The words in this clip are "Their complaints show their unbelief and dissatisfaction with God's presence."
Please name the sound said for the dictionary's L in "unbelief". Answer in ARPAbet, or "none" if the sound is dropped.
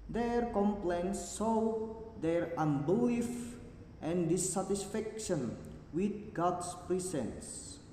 none